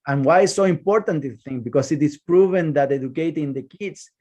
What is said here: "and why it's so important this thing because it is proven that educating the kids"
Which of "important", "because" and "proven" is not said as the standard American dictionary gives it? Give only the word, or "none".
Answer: because